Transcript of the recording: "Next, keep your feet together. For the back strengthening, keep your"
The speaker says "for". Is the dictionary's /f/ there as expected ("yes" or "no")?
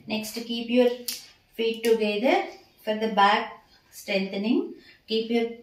yes